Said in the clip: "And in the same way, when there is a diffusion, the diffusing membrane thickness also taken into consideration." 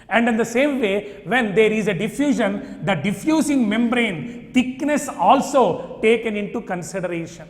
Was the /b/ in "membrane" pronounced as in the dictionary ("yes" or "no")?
yes